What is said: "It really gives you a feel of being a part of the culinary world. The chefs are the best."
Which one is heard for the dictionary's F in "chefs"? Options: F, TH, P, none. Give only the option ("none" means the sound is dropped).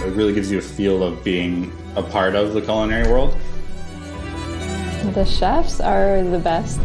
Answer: F